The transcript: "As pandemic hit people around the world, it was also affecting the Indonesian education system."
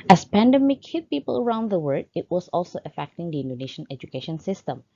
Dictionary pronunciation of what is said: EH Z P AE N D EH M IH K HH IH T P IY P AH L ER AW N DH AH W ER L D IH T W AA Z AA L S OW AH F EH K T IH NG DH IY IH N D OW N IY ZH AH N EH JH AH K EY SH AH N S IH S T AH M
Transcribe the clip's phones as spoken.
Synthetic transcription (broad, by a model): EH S P AE N D EH M IH K HH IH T P IY P AH L ER AW N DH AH W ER D IH T W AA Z AA L S OW AH F EH K T IH NG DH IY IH N D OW N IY SH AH N EH JH AH K EY SH AH N S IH S T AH M